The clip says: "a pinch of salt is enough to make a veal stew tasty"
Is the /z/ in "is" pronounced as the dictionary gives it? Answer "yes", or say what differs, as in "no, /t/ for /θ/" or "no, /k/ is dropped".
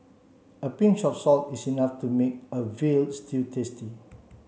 no, /s/ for /z/